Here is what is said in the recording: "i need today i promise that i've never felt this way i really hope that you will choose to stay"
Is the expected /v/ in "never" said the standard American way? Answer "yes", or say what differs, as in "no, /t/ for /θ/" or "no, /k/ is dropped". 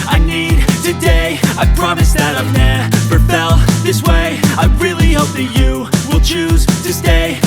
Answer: no, /p/ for /v/